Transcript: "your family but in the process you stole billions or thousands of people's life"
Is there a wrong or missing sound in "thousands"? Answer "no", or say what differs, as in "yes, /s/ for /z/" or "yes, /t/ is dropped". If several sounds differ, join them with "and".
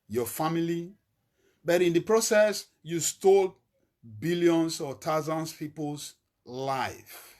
yes, /t/ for /θ/